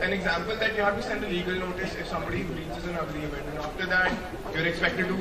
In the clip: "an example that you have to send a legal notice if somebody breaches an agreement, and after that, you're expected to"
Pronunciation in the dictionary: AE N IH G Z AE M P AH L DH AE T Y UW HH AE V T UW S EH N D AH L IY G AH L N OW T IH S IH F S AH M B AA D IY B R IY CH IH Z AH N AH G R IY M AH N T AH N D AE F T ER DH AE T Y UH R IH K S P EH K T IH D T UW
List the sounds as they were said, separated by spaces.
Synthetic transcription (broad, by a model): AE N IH G Z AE M P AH L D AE T Y UW HH AE V T UW S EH N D AH L IY G AH L N OW T IH S IH F S AH M B AA D IY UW R IY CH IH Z AH N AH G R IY AH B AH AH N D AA F T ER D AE T Y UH R IH K S P EH K T IH D T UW